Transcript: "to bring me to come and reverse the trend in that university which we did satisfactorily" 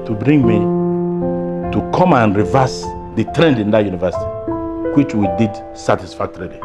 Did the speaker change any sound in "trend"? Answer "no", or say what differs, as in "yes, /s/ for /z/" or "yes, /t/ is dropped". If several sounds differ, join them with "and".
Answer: no